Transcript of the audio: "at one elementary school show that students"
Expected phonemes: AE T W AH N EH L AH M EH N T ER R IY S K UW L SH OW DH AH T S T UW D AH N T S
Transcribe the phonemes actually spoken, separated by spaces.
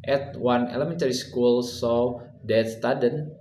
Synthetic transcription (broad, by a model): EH T W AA N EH L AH M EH N T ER R IY S K UW L S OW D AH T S T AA D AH N